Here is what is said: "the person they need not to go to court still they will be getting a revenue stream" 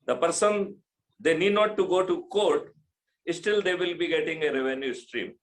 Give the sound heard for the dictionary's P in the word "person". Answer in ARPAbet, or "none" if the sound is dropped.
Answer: P